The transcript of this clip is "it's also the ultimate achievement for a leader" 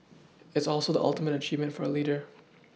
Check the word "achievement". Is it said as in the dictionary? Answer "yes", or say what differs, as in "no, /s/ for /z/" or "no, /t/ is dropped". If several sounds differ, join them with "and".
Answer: yes